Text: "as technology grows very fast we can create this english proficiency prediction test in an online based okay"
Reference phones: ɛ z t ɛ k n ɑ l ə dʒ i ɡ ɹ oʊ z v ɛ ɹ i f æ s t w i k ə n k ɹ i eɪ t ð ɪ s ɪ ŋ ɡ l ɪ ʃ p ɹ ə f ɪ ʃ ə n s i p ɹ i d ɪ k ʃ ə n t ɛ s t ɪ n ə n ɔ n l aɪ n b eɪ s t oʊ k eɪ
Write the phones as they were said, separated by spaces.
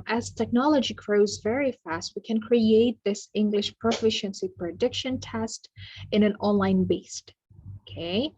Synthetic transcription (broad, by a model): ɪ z t ɛ k n ɑ l ə dʒ i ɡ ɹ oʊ z v ɛ ɹ i f æ s t w i k ə n k ɹ i eɪ t ð ɪ s ɪ ŋ ɡ l ɪ ʃ p ɹ ə f ɪ ʃ ə n s i p ɹ i d ɪ k ʃ ə n t ɛ s t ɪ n ə n ɔ n l aɪ n b eɪ s t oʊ k eɪ